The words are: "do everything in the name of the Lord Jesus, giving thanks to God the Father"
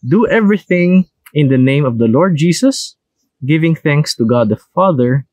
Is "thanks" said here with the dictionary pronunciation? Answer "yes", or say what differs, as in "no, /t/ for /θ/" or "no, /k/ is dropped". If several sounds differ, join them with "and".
yes